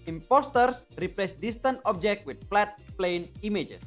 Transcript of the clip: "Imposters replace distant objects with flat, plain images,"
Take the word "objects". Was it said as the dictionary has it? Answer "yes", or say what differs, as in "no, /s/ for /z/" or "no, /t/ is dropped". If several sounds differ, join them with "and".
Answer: no, /s/ is dropped